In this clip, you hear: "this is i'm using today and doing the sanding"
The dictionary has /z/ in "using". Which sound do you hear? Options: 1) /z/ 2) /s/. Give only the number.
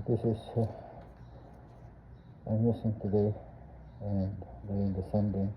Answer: 2